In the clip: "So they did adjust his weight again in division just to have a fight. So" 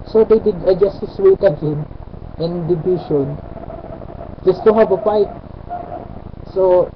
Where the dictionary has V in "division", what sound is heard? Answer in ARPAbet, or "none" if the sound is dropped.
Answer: B